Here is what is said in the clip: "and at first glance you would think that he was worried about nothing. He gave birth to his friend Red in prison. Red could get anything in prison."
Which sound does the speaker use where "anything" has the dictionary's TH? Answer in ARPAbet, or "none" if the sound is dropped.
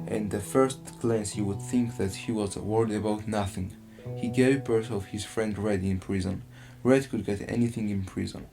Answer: TH